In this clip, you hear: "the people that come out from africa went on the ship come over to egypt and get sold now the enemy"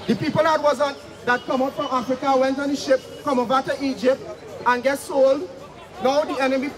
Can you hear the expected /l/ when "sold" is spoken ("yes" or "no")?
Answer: yes